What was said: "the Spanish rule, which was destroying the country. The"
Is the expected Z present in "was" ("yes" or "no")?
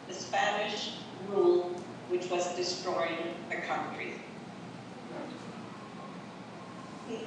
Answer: yes